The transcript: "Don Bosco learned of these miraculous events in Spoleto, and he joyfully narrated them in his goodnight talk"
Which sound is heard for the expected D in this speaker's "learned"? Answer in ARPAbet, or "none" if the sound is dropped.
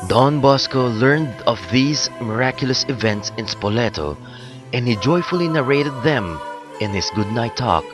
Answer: D